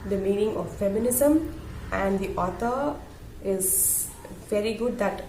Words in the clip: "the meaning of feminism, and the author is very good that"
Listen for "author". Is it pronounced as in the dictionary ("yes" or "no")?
no